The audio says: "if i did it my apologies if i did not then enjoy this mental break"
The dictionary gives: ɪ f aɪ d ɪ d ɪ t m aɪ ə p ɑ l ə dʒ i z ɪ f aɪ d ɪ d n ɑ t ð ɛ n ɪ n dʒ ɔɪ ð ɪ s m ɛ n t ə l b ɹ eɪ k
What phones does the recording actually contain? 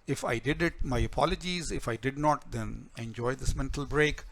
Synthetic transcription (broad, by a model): ɪ f aɪ d ɪ d ɪ t m aɪ ə p ɑ l ə dʒ i z ɪ f aɪ d ɪ d n ɑ t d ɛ n ɪ n dʒ ɔɪ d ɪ s m ɛ n t ə l b ɹ eɪ k